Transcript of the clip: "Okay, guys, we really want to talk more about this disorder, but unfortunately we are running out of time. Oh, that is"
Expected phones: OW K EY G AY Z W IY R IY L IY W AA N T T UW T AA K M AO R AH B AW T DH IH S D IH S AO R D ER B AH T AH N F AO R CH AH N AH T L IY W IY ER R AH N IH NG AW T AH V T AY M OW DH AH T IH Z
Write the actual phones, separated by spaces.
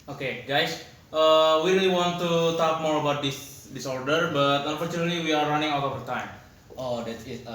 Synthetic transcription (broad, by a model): OW K EY G AY S W IY R IY L IY W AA N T T UW T AA K M AO R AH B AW T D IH S D IH S AO R D ER B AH T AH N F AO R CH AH N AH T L IY W IY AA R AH N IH NG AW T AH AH T AY M OW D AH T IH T